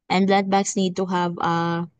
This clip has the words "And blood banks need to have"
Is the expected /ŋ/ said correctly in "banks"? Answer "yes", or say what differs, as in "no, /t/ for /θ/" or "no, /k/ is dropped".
no, /ŋ/ is dropped